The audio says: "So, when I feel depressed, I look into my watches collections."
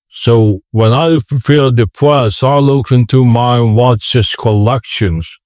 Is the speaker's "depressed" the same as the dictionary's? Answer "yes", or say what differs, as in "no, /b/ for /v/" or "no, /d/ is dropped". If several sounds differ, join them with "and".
no, /t/ is dropped